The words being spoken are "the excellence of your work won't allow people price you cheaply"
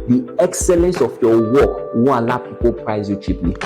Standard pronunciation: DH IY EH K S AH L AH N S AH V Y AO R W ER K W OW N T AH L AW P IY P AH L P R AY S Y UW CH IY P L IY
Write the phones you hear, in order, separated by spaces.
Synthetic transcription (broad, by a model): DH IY EH K S AH L AH N S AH F Y AO W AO K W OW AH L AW P IY P AH L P R AY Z Y UW CH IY P L IY